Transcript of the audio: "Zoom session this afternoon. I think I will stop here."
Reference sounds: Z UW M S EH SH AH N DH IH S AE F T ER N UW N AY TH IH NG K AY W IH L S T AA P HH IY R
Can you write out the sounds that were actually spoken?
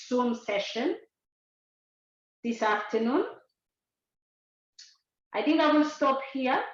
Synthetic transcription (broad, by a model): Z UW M S EH SH AH N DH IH S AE F T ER N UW N AY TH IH NG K AY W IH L S T AA P HH IY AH